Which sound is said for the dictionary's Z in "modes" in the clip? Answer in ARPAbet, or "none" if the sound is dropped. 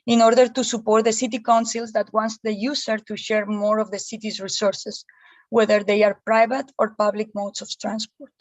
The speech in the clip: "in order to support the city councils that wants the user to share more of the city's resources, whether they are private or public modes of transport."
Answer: S